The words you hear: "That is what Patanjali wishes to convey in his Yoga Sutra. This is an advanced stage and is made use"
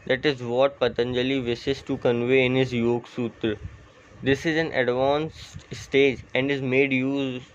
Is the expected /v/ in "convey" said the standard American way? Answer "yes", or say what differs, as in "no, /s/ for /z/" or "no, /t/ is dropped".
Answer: yes